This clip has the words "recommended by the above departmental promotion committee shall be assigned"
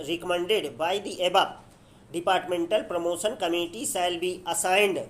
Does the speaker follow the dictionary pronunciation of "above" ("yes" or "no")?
no